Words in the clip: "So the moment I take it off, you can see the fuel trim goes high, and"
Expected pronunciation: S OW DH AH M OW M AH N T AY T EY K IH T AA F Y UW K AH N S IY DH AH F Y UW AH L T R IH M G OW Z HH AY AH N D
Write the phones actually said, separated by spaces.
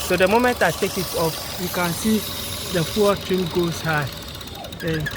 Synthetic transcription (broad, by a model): S OW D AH M OW M AH N T AY T EY K IH T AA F Y UW K AH N S IY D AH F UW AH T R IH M G OW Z HH AY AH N